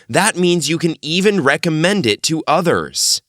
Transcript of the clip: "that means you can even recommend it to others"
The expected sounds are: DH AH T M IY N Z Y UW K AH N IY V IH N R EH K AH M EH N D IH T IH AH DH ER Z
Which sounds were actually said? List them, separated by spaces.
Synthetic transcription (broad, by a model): DH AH T M IY N Z Y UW K AH N IY V IH N R EH K AH M EH N D IH T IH AH DH ER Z